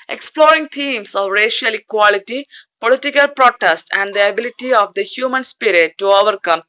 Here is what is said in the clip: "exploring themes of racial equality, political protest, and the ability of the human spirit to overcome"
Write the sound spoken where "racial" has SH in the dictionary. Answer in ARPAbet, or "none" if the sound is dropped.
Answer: SH